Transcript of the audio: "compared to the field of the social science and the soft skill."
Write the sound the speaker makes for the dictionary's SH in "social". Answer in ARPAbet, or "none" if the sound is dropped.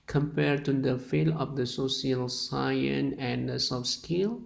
S